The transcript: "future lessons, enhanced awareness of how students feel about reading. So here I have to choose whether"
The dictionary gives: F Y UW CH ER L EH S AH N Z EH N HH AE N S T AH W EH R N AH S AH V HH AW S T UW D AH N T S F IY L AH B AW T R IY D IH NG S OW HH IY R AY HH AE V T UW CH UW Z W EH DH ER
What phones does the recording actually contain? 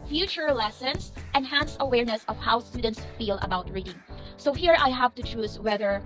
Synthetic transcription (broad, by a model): F Y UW CH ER L EH S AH N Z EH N HH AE N S AH W EH R N AH S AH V HH AW S T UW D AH N T S F IY L AH B AW T R IY D IH NG S OW HH IY R AY HH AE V T UW CH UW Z W EH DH ER